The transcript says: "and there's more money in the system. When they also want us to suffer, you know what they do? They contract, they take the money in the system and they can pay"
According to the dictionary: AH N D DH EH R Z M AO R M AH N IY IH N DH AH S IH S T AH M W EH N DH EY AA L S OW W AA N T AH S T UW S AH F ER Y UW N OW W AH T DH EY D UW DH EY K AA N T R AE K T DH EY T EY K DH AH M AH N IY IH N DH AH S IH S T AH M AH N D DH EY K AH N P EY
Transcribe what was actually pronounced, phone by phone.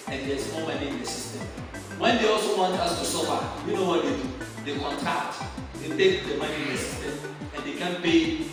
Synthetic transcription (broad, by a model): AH N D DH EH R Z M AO M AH N IY IH N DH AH S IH S T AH M W EH N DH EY AA L S OW W AA N T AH S T UW S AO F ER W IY N OW W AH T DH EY D UW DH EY K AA N T AA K T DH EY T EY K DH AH M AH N IY IH N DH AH S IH S T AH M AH N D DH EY K AH N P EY